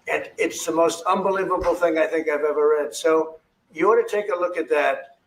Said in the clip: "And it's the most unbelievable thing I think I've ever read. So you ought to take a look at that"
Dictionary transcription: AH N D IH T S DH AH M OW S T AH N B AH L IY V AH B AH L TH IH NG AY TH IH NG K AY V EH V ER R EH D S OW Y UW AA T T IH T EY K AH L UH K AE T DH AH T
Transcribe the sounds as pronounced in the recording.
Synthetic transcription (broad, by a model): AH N IH T S DH AH M OW S T AH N B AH L IY V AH B L TH IH NG AY TH IH NG K AY V EH V ER R EH D S OW Y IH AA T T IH T EY K AH L UH K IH T DH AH T